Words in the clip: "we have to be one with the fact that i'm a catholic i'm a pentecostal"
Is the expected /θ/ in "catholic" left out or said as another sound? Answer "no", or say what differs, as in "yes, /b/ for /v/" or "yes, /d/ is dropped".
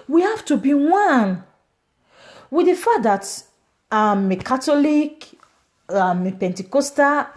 yes, /t/ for /θ/